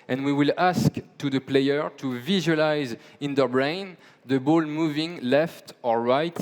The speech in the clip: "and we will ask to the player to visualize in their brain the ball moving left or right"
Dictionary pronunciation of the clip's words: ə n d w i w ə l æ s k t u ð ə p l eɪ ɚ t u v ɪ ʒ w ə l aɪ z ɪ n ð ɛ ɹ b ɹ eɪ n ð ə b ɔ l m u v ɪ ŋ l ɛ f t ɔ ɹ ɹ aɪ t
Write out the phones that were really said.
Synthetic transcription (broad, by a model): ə n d w i w ə l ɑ s k t u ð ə p l eɪ ɚ t u v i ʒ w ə l aɪ z ɪ n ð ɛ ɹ b ɹ eɪ n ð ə b ɔ l m u v ɪ ŋ l ɛ f t ɔ ɹ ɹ aɪ t